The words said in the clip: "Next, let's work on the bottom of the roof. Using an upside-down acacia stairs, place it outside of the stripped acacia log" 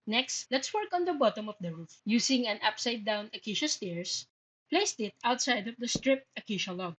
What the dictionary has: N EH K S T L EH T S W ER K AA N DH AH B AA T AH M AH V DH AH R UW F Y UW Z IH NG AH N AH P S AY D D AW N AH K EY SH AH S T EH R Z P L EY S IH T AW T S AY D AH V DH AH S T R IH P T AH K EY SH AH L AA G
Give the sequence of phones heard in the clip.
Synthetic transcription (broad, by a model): N EH K S T L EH T S W ER K AA N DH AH B AA T AH M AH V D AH R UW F Y UW S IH NG AH N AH P S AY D D AW N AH K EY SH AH S T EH R S P L EY S IH T AW T S AY D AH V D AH S T R IH P T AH K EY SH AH L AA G